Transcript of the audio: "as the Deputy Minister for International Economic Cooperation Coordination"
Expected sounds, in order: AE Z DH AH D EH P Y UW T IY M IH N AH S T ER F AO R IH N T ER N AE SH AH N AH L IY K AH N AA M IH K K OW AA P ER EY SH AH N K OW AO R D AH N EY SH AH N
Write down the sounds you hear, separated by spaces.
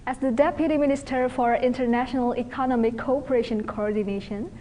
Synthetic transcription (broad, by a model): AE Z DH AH D EH P Y UW T IY M IH N AH S T ER F AO R IH N T ER N AE SH AH N AH L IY K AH N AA M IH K K OW AA P ER EY SH AH N K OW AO R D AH N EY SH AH N